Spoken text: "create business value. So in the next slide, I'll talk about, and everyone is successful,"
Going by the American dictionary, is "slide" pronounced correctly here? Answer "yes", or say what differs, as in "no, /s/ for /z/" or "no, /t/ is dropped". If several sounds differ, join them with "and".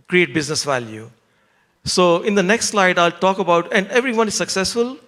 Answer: yes